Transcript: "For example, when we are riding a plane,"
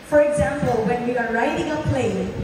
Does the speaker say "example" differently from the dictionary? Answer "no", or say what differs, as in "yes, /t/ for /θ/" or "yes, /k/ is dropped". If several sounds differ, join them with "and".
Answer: no